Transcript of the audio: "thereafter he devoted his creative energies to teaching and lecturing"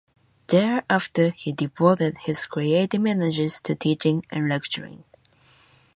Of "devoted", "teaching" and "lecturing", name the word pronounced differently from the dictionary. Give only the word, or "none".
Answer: devoted